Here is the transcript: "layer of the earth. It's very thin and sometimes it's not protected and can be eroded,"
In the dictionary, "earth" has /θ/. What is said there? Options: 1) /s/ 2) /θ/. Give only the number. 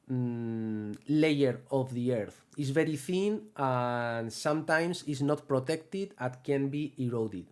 2